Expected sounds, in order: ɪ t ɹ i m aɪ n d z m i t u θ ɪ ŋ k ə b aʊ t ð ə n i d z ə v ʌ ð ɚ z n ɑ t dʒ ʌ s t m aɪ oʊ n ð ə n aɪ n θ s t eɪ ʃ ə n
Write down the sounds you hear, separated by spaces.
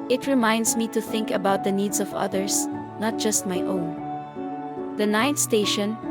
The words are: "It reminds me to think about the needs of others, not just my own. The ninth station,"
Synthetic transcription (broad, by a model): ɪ t ɹ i m aɪ n d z m i t u θ ɪ ŋ k ə b aʊ t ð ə n i d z ə v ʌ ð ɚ s n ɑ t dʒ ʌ s t m aɪ oʊ n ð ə n aɪ n t s t eɪ ʃ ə n